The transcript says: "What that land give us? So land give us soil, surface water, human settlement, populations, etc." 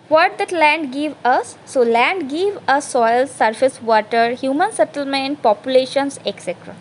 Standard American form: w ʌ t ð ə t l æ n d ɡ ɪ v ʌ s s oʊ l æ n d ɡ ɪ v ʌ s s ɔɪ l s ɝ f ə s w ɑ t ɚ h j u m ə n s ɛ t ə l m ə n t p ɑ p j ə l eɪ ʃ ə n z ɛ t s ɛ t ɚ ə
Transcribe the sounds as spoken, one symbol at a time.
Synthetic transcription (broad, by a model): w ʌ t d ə t l æ n d ɡ ɪ v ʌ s s oʊ l æ n d ɡ ɪ v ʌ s s ɔɪ l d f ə s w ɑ t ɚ h j u m ə n s ɛ t ə l m ə n t p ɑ p j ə l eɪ ʃ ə n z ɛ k s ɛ t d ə